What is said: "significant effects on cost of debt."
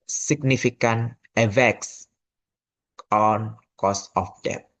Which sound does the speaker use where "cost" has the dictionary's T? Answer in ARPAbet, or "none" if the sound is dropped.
none